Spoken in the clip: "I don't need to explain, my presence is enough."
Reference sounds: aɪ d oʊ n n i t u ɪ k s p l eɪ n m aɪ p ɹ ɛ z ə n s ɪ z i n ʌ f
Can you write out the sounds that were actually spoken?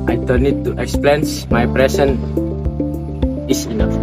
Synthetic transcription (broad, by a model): aɪ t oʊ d n i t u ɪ k s p l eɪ n m aɪ p ɹ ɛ s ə n ɪ s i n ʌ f